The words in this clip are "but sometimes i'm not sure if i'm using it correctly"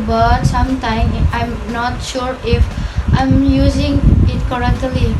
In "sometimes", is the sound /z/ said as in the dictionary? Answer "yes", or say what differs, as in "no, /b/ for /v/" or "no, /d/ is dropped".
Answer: no, /z/ is dropped